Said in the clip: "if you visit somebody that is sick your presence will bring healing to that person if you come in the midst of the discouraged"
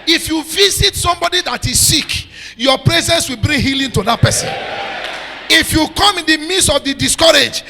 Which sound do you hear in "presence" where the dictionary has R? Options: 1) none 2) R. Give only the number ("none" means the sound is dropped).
2